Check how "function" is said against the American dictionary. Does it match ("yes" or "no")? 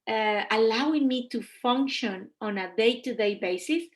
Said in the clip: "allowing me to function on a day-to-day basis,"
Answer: yes